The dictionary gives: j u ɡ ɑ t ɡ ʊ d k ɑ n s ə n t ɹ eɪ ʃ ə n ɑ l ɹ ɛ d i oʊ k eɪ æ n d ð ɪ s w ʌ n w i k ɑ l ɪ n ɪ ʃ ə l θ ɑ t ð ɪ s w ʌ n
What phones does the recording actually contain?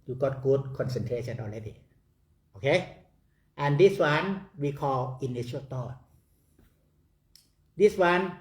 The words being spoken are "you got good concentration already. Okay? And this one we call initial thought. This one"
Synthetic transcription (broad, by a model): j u ɡ ɑ t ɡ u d k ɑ n s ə n t ɹ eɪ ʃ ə n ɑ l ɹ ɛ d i oʊ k eɪ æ n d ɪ s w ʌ n w i k ɑ l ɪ n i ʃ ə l t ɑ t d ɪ s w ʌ n